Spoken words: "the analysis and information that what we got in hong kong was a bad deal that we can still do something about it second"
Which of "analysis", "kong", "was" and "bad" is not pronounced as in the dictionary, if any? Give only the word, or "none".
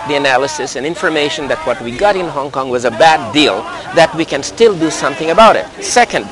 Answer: none